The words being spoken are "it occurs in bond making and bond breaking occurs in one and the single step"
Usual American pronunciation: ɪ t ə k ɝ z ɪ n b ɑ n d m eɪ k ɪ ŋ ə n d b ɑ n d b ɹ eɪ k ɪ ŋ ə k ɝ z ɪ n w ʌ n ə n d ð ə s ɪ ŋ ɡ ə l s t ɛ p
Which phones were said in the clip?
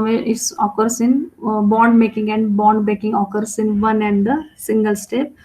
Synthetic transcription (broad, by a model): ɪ t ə k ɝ s ɪ n b ɑ n d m eɪ k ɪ ŋ ə n d b ɑ n d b eɪ k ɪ ŋ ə k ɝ s ɪ n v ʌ n ə n d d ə s ɪ ŋ ɡ ə l s t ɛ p